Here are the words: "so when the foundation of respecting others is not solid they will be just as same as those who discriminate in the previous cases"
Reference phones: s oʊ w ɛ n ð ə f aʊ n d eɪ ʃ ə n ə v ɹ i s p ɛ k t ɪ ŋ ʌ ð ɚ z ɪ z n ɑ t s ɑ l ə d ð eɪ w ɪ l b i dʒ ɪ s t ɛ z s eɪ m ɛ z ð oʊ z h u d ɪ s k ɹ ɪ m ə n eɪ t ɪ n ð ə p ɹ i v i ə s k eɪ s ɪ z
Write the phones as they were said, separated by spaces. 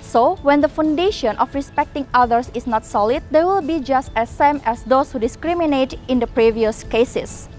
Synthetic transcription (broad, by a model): s oʊ w ɛ n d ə f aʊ n d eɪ ʃ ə n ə f ɹ i s p ɛ k t ɪ ŋ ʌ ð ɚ s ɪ s n ɑ t s ɑ l ə d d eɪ w ɪ l b i dʒ ɪ s t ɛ s eɪ m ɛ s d oʊ s h u d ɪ s k ɹ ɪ m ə n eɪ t ɪ n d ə p ɹ i v i ə s k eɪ s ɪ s